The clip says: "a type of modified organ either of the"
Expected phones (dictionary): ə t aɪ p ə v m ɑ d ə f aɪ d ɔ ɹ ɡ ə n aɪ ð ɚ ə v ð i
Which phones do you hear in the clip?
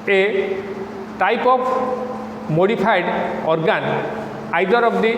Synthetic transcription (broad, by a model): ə t aɪ p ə p m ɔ d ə p aɪ d ɔ ɹ ɡ ə n aɪ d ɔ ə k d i